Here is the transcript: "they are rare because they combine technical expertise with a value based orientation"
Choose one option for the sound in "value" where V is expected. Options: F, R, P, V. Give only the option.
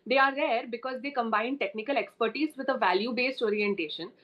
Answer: V